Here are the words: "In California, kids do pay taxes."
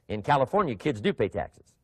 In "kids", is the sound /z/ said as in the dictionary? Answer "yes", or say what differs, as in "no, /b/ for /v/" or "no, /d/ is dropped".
yes